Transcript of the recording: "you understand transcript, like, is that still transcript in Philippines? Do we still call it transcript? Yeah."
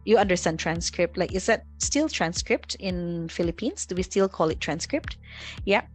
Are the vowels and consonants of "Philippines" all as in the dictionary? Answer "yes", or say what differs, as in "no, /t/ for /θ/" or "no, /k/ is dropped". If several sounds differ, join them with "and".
no, /s/ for /z/